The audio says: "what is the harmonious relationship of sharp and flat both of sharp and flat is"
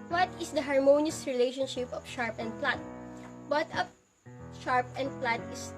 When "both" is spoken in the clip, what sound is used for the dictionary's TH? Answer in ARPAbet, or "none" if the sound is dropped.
T